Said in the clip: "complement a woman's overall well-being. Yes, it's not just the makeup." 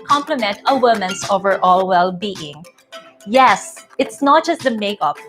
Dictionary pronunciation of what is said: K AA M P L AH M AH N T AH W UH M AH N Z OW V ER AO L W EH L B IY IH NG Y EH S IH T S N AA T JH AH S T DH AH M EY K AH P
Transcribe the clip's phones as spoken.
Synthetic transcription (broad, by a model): K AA M P L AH M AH N T AH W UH M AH N S OW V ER AO L W EH L B IY IH NG Y EH S IH T S N AA T JH AH S T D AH M EY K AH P